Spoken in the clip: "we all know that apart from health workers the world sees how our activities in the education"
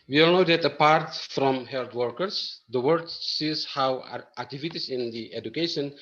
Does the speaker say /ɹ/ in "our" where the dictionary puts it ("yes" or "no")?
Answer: no